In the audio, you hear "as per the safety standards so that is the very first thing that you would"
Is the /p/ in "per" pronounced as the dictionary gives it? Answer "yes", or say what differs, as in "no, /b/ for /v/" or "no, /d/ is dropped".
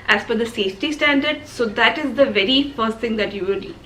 no, /f/ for /p/